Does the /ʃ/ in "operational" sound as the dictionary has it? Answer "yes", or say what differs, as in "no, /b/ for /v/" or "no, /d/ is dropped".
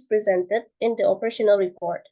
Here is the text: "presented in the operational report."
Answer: yes